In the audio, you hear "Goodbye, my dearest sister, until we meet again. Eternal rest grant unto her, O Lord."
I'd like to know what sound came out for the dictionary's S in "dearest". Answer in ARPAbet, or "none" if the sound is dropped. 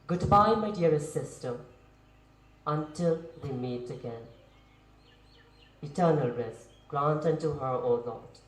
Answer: none